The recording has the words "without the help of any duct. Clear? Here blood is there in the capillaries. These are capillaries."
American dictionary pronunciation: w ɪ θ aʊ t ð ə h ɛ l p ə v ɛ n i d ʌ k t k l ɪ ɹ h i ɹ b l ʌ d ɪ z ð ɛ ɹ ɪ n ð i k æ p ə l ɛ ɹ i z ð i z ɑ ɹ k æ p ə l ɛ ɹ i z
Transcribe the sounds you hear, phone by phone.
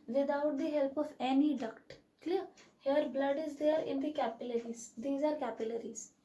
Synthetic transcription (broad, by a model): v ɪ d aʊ t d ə h ɛ l p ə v ɛ n i d ʌ k t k l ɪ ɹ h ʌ ɹ b l ʌ d ɪ z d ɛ ɹ ɪ n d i k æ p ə l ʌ ɹ i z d i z ɑ ɹ k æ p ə l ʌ ɹ i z